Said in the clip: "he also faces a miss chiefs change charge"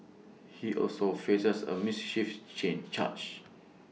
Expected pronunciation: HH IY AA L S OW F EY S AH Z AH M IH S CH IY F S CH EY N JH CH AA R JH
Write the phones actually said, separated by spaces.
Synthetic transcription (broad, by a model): HH IY AA L S OW F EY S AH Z AH M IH S SH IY F CH EY N CH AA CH